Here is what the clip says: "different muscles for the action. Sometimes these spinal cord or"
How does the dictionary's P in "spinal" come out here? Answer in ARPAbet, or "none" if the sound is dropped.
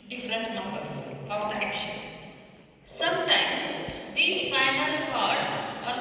F